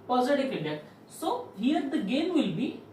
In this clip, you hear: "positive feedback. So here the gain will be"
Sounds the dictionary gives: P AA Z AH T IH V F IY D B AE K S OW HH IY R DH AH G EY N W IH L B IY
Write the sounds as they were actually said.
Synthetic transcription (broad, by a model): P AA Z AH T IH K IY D EH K S OW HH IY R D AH G EY N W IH L B IY